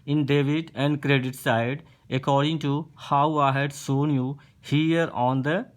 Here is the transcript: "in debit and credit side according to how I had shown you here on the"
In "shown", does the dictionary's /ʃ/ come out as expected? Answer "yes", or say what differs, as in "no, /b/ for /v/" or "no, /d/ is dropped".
no, /s/ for /ʃ/